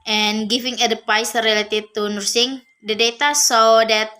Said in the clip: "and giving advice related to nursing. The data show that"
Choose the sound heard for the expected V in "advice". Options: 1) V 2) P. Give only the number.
2